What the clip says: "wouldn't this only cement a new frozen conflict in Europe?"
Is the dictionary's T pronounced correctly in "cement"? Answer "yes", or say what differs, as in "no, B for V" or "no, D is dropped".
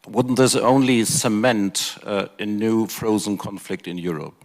yes